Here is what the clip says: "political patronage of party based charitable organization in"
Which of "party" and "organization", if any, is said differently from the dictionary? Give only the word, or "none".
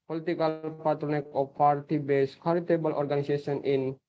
organization